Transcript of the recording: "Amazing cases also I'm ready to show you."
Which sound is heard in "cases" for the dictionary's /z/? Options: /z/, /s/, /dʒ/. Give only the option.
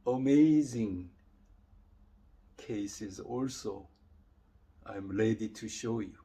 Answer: /z/